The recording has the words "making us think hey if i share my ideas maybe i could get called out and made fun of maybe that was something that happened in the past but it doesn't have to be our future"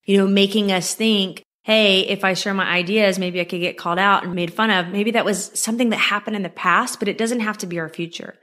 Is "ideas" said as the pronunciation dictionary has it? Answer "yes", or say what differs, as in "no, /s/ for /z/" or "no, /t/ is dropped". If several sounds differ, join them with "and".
yes